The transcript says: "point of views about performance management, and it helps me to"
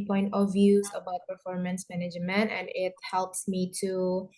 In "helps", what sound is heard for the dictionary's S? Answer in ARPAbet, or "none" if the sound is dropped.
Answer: S